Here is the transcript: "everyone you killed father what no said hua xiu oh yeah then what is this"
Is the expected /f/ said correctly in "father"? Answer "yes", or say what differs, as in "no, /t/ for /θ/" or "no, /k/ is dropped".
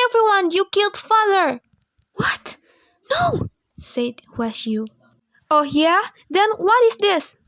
yes